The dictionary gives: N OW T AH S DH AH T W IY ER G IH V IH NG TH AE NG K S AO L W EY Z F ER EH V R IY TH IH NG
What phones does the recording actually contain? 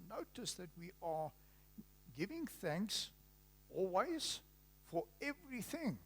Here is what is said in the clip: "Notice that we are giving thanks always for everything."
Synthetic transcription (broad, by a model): N OW T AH S DH AH T W IY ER G IH V IH NG TH AE NG K S AO L W EY Z F ER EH V R IY TH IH NG